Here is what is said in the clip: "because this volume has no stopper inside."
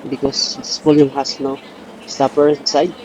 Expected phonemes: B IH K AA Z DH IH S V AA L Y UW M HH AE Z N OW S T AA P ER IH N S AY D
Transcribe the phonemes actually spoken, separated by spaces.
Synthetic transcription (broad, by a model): B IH K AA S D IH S P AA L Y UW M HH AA S N OW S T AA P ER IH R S AY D